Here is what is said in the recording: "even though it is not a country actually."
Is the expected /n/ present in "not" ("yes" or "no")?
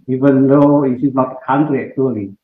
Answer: no